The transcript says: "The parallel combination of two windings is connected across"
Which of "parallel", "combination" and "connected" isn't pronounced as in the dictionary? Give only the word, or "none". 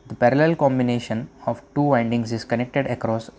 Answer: none